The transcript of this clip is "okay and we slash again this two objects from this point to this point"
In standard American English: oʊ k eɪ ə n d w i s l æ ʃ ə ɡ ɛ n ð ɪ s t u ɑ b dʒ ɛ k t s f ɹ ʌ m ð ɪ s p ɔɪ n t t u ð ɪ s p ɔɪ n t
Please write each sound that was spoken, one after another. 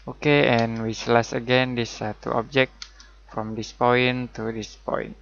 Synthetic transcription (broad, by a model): oʊ k eɪ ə n w i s l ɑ s ə ɡ ɛ n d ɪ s t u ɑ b dʒ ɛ k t f ɹ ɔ m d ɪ s p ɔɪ n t t u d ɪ s p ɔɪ n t